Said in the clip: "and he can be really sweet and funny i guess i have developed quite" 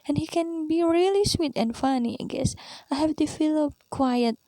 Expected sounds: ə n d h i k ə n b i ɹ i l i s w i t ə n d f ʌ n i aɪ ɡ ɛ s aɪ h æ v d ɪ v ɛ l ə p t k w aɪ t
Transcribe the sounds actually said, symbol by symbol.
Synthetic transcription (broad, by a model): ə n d h i k ə n b i ɹ i l i s w i t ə n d f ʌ n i aɪ ɡ ɛ s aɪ h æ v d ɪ f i l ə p k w aɪ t